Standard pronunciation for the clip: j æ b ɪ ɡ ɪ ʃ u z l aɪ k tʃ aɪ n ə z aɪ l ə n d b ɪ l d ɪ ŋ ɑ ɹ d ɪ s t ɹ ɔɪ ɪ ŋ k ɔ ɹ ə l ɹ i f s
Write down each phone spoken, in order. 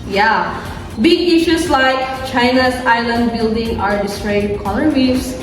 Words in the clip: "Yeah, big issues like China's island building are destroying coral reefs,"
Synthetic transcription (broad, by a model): j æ b ɪ ɡ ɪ ʃ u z l aɪ k tʃ aɪ n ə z aɪ l ə n d b ɪ l d ɪ ŋ ɑ ɹ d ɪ s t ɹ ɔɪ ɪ k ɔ l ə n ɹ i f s